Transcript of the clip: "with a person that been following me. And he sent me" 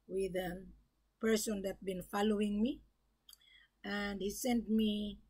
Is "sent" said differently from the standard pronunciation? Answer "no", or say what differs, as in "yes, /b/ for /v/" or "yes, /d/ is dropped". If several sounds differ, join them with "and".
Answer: no